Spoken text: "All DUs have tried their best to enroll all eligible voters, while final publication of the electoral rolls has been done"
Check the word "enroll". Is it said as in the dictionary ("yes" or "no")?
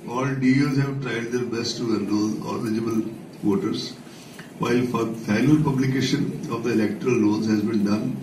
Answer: no